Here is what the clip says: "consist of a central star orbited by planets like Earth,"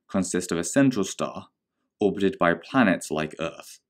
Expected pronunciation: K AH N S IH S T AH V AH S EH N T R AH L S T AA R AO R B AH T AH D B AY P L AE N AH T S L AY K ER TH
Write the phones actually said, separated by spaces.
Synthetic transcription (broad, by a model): K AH N S IH S T AH V AH S EH N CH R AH L S T AA R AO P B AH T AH D B AY P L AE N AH T S L AY K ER TH